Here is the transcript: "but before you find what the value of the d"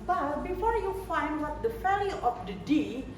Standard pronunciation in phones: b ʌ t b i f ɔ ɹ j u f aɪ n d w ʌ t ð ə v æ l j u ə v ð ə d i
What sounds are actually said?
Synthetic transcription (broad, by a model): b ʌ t b i f ɔ ɹ j u f aɪ n d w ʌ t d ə f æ l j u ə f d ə d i